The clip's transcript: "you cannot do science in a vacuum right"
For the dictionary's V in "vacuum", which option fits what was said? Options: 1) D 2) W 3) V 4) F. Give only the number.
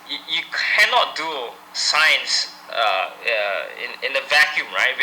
3